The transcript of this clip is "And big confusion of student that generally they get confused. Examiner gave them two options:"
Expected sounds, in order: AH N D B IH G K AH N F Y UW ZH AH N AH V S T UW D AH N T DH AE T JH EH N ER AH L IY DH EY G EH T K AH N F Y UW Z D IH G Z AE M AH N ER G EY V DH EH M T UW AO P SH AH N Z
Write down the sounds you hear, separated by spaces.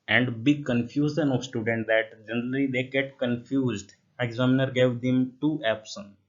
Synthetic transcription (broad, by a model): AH N D B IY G K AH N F Y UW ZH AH N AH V S T UW D AH N T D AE T JH EH N ER AH L IY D EY G EH T K AH N F Y UW Z D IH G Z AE M N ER G EY V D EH M T UW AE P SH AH N